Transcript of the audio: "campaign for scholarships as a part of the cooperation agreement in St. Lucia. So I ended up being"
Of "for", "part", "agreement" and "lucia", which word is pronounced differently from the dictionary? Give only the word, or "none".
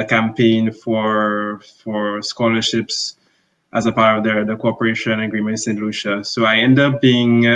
none